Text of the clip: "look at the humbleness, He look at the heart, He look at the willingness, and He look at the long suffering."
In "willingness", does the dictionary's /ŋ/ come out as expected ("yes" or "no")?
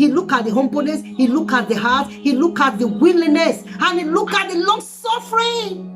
no